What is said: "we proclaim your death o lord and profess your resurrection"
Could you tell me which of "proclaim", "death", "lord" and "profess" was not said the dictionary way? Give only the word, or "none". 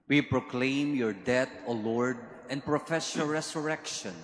death